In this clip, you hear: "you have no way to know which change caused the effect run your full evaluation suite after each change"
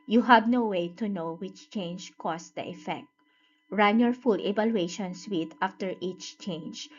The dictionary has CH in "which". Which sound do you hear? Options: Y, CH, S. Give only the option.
CH